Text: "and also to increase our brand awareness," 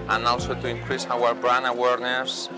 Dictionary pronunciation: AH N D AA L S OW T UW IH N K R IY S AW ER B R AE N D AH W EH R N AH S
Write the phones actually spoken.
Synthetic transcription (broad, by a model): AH N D AA L S OW T UW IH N K R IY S AW ER B R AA N AH W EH R N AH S